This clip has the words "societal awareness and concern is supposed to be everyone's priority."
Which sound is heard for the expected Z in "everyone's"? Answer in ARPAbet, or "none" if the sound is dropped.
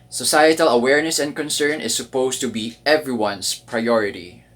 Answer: S